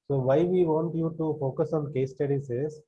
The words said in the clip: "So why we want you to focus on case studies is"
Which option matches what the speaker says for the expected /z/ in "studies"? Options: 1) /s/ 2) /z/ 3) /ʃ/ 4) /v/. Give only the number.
1